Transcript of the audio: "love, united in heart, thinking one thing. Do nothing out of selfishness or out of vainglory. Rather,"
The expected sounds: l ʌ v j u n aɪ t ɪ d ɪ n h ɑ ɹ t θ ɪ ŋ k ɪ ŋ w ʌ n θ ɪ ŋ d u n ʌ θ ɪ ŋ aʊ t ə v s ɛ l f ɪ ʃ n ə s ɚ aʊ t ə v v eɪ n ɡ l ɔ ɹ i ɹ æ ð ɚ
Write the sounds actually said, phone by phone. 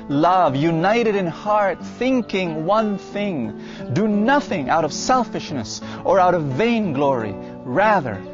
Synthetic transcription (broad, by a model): l ʌ v j u n aɪ t ɪ d ɪ n h ɑ ɹ t θ ɪ ŋ k ɪ ŋ w ʌ n θ ɪ ŋ d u n ʌ θ ɪ ŋ aʊ t ə v s ɛ l f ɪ ʃ n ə s ɚ aʊ t ə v v eɪ n ɡ l ɔ ɹ i ɹ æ ð ɚ